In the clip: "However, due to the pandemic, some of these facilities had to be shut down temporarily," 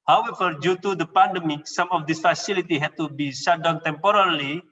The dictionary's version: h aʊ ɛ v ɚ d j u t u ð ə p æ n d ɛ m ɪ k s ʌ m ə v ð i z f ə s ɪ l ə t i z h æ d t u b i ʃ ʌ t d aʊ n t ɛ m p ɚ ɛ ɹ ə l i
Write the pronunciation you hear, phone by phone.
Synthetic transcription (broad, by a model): h aʊ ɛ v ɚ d j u t u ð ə p æ n d ɛ m ɪ k s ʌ m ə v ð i s f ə s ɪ l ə t i h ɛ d t u b i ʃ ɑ d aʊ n t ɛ m p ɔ ɹ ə l i